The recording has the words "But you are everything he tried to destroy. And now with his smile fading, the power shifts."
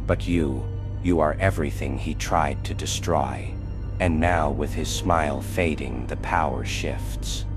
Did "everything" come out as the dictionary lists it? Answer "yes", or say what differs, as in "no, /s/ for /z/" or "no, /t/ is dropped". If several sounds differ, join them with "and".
yes